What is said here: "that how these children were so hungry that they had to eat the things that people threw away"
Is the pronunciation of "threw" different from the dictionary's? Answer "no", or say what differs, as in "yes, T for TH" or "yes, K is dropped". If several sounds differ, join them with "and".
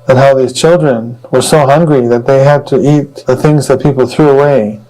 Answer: no